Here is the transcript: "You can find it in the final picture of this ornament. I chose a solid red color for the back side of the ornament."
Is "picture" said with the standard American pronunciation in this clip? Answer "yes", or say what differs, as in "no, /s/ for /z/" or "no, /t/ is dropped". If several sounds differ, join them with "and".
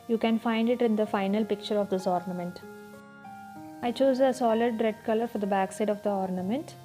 yes